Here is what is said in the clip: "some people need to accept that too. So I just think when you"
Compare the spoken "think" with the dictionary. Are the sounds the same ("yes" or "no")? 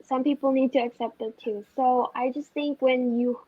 yes